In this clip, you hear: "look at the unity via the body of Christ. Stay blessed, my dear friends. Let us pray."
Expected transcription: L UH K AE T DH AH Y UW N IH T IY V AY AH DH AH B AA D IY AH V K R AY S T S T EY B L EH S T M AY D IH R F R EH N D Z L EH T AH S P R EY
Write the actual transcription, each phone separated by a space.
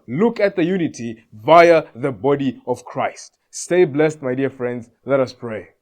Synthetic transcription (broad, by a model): L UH K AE T DH AH Y UW N IH T IY V AY AH DH AH B AA D IY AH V K R AY S T S T EY B L EH S T M AY D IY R F R EH N D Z L EH T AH S P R EY